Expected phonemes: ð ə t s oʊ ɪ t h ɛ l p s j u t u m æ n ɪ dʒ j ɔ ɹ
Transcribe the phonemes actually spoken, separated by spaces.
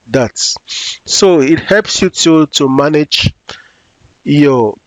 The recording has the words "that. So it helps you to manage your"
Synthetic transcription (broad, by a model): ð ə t s oʊ ɪ t h ɛ l p s j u t u m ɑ n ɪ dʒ j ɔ